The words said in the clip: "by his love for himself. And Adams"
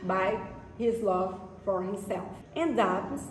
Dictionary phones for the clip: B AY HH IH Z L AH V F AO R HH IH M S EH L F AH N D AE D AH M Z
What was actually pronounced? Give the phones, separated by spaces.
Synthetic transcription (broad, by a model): B AY HH IH Z L AH V F AO R HH IH M S EH L F AH N D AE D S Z